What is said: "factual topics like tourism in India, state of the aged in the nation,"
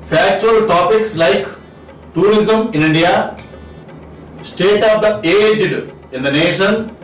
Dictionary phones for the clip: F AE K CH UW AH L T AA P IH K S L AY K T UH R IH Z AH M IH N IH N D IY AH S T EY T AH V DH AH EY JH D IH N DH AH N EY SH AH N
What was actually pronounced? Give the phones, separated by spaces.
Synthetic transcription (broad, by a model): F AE K CH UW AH L T AA P IH K S L AY K T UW R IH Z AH M IH N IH N D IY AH S T EY T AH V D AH EY JH D IH N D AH N EY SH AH N